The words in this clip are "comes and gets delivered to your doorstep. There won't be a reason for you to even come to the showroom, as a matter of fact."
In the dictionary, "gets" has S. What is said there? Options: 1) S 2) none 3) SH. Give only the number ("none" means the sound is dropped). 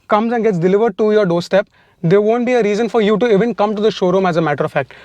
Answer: 1